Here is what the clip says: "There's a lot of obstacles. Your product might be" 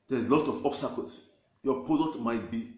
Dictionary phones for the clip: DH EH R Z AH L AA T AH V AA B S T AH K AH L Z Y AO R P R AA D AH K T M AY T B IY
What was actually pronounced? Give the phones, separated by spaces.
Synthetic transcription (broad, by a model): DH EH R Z L AA T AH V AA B S T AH K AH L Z Y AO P AA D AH T M AY T B IY